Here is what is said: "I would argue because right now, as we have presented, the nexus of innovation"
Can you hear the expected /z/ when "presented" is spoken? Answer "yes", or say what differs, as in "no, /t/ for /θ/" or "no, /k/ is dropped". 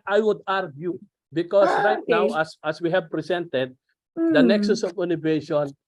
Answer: no, /s/ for /z/